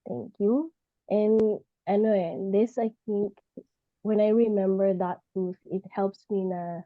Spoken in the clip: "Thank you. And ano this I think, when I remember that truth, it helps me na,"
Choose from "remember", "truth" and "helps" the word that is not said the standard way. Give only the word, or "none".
truth